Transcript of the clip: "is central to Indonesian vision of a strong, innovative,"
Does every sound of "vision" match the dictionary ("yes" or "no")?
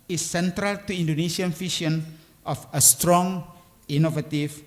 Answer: no